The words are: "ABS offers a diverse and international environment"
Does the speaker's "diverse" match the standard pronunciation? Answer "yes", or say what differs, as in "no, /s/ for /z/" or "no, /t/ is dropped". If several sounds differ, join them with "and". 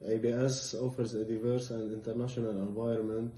yes